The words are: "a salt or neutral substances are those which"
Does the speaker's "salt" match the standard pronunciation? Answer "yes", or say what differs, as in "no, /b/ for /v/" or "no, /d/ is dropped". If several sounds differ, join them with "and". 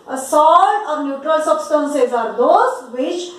no, /t/ is dropped